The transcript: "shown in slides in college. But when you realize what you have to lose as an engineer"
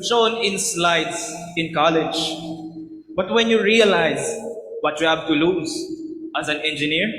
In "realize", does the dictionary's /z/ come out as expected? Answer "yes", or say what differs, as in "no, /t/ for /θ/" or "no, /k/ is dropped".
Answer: yes